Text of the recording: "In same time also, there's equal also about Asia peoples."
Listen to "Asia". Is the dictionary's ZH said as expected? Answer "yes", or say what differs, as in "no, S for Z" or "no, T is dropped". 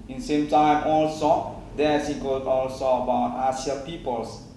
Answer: no, S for ZH